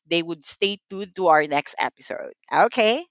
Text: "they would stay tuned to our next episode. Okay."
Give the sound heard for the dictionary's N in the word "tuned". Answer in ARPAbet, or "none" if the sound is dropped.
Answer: none